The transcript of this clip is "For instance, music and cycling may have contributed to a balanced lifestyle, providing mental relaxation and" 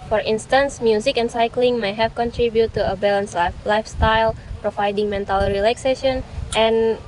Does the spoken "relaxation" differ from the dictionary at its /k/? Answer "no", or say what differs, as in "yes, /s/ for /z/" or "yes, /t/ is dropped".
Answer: no